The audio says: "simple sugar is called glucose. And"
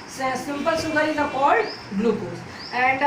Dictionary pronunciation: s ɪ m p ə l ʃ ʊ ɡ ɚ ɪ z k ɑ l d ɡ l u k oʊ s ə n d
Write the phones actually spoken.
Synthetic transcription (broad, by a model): s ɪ m p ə l s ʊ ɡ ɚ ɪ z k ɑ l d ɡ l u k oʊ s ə n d